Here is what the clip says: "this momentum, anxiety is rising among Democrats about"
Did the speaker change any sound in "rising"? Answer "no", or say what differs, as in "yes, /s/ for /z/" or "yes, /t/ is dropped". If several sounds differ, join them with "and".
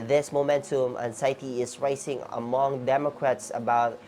yes, /s/ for /z/